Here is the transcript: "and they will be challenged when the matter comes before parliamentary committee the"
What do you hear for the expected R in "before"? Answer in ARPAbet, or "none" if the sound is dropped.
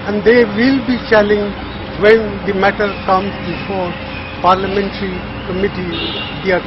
R